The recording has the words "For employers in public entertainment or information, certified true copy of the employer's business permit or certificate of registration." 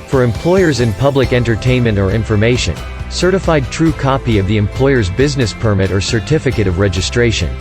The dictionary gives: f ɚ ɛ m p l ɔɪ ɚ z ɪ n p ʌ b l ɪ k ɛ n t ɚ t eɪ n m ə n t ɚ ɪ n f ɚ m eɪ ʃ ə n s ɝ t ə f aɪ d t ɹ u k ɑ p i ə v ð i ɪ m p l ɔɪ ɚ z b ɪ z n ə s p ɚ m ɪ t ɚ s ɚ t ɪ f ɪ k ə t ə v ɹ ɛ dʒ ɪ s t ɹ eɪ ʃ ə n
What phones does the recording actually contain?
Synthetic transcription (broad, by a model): f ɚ ɛ m p l ɔɪ ɚ z ɪ n p ʌ b l ɪ k ɛ n t ɚ t eɪ n m ə n t ɚ ɪ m f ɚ m eɪ ʃ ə n s ɝ t ə f aɪ d t ɹ u k ɑ p i ə v ð i ɪ m p l ɔɪ ɚ z b ɪ z n ə s p ɚ m ɪ t ɚ s ɚ t ɪ f ɪ k ə t ə v ɹ ɛ dʒ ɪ s t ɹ eɪ ʃ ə n